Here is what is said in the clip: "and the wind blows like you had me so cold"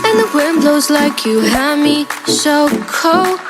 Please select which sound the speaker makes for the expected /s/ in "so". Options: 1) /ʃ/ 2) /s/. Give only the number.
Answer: 1